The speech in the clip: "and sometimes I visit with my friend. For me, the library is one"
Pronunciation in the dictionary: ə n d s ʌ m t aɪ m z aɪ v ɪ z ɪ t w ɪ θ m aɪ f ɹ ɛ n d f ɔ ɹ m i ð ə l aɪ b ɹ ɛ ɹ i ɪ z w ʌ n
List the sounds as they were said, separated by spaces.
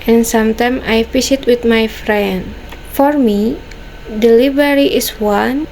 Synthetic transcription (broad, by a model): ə n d s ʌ m t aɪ m aɪ f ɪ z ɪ t w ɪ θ m aɪ f ɹ ɛ n d f ɔ ɹ m i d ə l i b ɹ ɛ ɹ i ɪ s w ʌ n